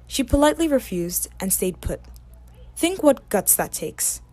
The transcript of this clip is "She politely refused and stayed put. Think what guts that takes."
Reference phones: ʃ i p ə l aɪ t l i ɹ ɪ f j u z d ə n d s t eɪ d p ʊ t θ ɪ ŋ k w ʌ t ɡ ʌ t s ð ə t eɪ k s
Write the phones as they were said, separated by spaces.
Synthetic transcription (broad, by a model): ʃ i p ə l aɪ t l i ɹ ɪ f j u z d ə n s t eɪ d p ʊ t θ ɪ ŋ k w ʌ t ɡ ʌ t s ð ə t eɪ k s